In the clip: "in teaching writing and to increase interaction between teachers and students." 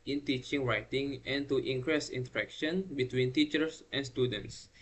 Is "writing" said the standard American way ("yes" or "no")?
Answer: yes